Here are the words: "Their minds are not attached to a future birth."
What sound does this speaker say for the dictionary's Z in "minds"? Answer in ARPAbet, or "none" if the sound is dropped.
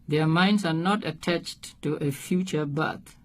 S